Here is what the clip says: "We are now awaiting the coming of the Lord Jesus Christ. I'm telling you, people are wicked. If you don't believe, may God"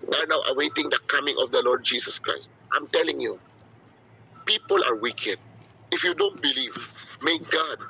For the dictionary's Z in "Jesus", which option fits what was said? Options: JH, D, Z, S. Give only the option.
S